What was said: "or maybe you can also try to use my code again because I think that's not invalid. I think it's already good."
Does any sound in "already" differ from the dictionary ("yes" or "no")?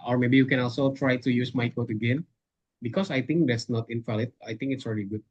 no